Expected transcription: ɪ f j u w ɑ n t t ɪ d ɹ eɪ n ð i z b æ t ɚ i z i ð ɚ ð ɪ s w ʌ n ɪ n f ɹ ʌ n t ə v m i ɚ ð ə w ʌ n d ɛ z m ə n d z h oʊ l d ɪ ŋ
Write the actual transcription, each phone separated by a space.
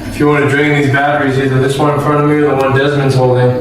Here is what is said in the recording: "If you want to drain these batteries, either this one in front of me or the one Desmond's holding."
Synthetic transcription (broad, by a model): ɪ f j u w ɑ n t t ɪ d ɹ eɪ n ð i z b æ t ɚ i z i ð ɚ ð ɪ s w ʌ n ɪ n f ɹ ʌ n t ə v m i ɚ ð ə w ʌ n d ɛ z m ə n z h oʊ l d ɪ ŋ